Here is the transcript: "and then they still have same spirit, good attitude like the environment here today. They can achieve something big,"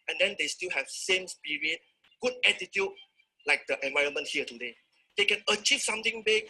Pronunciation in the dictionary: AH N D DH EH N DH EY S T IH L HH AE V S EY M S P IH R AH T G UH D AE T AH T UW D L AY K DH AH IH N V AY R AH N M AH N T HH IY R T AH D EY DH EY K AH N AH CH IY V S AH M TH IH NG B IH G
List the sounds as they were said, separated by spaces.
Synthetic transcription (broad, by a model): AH N D EH N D EY S T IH L HH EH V S EY M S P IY R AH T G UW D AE T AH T UW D L AY K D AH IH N V AY R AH N M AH N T HH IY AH T AH D EY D EY K AH N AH CH IY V S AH M T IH NG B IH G